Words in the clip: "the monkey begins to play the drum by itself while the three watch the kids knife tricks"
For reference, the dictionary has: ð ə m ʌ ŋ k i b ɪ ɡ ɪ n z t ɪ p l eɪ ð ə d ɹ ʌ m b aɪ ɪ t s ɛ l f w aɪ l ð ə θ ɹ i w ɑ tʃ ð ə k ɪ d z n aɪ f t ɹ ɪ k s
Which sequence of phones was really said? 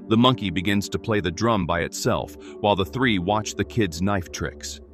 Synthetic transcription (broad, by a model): ð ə m ʌ ŋ k i b ɪ ɡ ɪ n z t ɪ p l eɪ ð ə d ɹ ʌ m b aɪ ɪ t s ɛ l f w aɪ l ð ə θ ɹ i w ɑ tʃ ð ə k ɪ d z n aɪ f t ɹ ɪ k s